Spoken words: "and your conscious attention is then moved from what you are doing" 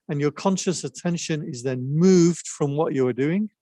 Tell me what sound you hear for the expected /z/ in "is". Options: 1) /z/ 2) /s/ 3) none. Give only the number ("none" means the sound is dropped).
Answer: 1